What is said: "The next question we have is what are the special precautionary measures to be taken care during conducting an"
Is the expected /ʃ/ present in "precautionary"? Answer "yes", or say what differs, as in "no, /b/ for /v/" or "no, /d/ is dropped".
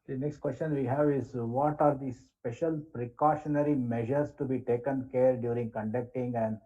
yes